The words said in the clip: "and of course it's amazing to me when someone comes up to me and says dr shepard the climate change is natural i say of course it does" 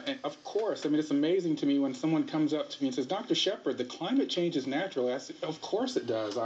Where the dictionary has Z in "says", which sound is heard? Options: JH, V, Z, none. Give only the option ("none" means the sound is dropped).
Z